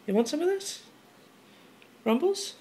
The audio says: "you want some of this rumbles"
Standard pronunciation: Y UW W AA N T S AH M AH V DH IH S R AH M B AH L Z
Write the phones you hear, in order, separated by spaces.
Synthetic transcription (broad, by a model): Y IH W AA N T S AH M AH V DH IH S R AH M B L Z